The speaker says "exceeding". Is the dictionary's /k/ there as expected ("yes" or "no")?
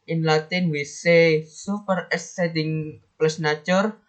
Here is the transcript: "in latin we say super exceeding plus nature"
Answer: no